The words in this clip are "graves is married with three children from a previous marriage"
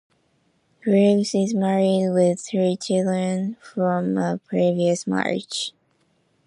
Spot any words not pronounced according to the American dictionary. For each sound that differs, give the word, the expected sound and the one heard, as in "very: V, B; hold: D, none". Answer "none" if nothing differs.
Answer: none